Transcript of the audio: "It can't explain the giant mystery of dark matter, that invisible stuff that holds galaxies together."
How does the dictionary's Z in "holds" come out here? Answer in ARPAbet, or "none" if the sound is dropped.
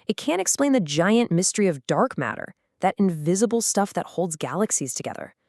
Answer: Z